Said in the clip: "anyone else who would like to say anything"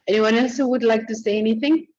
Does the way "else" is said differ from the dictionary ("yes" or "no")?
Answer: no